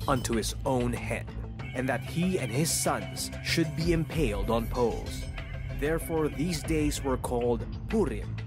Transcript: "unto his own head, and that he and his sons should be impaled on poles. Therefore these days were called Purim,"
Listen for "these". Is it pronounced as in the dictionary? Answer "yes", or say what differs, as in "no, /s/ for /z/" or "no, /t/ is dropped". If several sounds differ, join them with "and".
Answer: yes